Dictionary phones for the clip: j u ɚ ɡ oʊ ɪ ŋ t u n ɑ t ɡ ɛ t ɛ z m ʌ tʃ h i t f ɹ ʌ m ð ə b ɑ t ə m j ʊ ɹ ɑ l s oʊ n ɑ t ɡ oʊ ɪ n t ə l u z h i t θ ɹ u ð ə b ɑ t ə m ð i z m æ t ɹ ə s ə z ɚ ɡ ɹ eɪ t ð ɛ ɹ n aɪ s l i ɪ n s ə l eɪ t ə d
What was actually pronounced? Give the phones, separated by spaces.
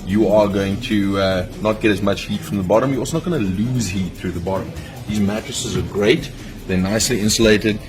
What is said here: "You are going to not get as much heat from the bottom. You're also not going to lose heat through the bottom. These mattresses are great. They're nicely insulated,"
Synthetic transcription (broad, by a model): j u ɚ ɡ oʊ ɪ ŋ t u n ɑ t ɡ ɛ t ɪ z m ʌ tʃ h i t f ɹ ʌ m ð ə b ɑ t ə m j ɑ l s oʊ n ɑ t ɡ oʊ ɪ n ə l u z h i t θ ɹ u ð ə b ɑ t ə m ð i z m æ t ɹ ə s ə z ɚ ɡ ɹ eɪ t ð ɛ n aɪ s l i ɪ n s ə l eɪ t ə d